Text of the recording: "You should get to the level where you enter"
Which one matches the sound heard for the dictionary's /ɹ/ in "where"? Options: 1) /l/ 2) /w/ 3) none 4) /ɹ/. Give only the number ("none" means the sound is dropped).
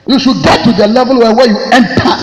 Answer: 2